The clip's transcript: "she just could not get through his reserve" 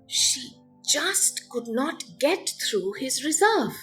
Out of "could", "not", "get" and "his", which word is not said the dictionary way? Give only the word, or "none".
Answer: none